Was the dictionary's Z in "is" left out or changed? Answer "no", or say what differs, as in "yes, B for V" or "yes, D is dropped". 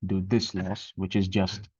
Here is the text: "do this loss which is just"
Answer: no